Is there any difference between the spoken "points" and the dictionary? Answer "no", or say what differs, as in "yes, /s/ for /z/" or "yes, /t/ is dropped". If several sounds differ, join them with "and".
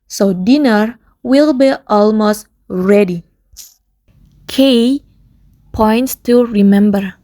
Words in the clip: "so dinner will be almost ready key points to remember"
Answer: no